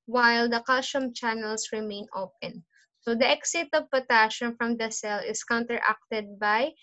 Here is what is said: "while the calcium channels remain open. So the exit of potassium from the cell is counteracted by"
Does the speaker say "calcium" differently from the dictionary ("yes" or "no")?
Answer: yes